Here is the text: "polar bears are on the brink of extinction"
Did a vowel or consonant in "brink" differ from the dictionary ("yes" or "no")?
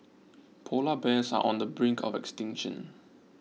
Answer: no